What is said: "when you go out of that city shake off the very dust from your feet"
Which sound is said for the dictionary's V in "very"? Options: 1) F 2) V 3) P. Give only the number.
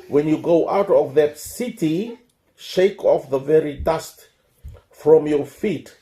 2